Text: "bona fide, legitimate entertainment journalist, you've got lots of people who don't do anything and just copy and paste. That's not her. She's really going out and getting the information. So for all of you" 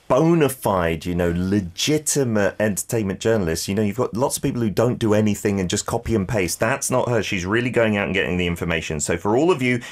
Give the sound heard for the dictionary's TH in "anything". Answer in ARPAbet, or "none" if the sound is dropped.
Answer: TH